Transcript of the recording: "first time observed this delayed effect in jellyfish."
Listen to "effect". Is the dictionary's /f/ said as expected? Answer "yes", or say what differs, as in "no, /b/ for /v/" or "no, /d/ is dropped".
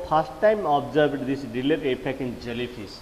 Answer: no, /p/ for /f/